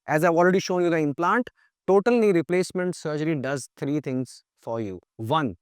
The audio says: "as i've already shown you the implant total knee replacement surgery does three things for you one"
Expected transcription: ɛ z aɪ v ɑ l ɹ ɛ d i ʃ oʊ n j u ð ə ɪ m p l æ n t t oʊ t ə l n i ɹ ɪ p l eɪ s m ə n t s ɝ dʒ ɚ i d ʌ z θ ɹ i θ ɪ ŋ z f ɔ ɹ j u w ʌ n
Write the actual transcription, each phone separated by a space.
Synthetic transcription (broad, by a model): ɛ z aɪ v ɑ l ɹ ɛ d i ʃ oʊ n j u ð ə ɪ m p l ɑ n t t oʊ t ə l n i ɹ ɪ p l eɪ s m ə n t s ɝ dʒ ɚ i d ʌ z t ɹ i t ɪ ŋ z f ɔ ɹ j u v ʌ n